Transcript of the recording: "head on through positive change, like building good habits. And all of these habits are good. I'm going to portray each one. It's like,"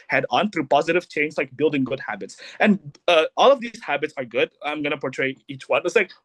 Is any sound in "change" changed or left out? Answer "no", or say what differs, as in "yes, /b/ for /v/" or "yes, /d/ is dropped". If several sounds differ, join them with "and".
yes, /z/ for /dʒ/